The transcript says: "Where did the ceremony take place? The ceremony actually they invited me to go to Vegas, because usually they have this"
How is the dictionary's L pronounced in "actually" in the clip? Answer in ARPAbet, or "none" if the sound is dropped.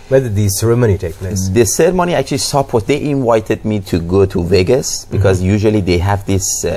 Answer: W